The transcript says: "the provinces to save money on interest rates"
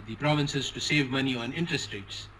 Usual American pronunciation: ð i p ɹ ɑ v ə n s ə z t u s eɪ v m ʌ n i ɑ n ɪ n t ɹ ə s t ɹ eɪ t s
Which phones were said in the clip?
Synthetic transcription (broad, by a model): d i p ɹ ɑ v ə n s ə z t u s eɪ v m ʌ n i ɑ n ɪ n t ɹ ə s t ɹ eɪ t s